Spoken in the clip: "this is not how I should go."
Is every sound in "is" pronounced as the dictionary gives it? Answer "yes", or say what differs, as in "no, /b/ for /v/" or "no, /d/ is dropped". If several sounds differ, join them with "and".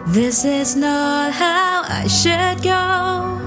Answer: yes